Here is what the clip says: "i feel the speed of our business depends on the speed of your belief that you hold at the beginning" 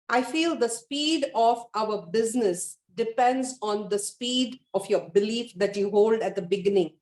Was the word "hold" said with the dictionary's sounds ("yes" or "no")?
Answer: yes